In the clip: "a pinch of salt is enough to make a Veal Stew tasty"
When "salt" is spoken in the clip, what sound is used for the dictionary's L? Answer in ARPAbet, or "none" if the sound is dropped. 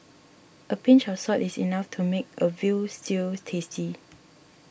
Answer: none